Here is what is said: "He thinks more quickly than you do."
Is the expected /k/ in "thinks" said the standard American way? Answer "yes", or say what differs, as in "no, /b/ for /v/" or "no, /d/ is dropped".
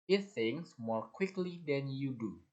no, /k/ is dropped